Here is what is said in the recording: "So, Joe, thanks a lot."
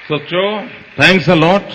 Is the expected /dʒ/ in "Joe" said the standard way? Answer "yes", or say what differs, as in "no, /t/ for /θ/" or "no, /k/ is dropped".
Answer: no, /tʃ/ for /dʒ/